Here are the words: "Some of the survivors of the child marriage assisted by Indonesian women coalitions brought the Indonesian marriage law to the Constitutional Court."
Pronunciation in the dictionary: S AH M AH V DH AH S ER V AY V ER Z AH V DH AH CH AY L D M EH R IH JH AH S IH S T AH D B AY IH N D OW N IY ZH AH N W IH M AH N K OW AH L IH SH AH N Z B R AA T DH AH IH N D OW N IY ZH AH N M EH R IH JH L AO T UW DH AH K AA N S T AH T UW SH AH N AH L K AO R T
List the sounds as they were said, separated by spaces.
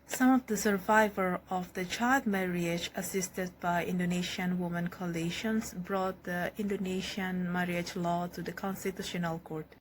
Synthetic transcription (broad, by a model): S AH M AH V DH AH S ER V AY V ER AH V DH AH CH AY L D M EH R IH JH AH S IH S T AH D B AY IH N D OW N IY SH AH N W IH M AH N K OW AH L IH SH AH N S B R AA T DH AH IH N D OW N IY SH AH N M EH R IH JH L AO T UW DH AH K AA N S T AH T UW SH AH N AH L K AO R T